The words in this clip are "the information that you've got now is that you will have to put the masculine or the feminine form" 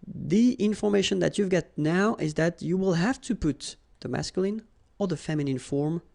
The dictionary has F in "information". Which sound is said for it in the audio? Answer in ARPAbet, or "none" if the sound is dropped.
F